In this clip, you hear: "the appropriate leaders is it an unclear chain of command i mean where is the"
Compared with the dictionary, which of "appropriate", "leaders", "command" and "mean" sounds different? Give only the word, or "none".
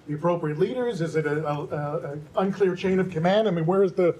none